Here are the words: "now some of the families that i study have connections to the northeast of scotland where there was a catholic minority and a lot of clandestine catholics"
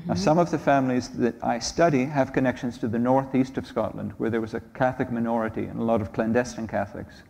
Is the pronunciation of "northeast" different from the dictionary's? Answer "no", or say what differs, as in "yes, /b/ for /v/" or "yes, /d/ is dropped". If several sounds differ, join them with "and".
no